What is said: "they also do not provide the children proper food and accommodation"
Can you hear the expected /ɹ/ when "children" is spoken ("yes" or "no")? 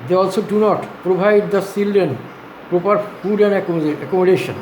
no